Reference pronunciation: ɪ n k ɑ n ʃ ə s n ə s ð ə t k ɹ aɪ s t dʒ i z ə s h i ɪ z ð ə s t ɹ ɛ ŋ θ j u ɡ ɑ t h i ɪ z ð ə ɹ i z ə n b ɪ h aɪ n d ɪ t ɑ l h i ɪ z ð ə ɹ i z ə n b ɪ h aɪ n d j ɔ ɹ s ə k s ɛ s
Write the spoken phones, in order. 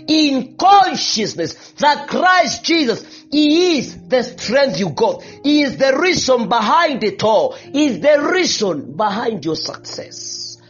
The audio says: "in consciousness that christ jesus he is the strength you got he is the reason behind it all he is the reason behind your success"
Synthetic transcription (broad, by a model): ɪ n k ɑ n ʃ ə s n ə s ð ə t k ɹ aɪ s t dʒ i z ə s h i ɪ z ð ə s t ɹ ɛ ŋ θ j u ɡ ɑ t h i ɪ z ð ə ɹ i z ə n b ɪ h aɪ n d ɪ t ɑ l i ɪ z ð ə ɹ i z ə n b ɪ h aɪ n d j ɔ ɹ s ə k s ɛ s